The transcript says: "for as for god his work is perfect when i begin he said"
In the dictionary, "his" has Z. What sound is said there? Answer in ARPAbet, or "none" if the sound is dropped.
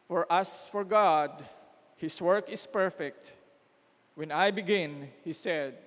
S